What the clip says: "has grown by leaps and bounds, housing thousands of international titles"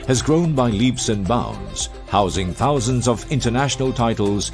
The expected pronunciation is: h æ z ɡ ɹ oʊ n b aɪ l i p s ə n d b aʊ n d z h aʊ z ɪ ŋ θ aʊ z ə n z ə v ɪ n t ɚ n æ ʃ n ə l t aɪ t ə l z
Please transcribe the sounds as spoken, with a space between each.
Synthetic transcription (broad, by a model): h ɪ z ɡ ɹ oʊ n b aɪ l i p s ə n b aʊ n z h aʊ z ɪ ŋ θ aʊ z ə n z ə v ɪ n t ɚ n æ ʃ n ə l t aɪ t l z